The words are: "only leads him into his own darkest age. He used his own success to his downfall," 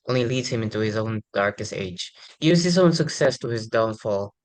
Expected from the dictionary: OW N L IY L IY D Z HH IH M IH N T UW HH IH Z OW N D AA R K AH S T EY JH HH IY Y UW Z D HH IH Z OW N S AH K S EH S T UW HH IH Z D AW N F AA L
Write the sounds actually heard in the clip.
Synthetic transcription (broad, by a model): OW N L IY L IY D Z HH IH M IH N T UW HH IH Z OW N D AA R K AH S T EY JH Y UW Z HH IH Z OW N S AH K S EH S T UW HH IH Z D AW N F AA L